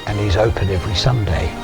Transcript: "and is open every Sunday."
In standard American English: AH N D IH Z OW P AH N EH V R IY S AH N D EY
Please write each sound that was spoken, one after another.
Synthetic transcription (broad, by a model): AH N IH Z OW P AH N EH V R IY S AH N D EY